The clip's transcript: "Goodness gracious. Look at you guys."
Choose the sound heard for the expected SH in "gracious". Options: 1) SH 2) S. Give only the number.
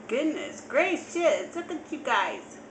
2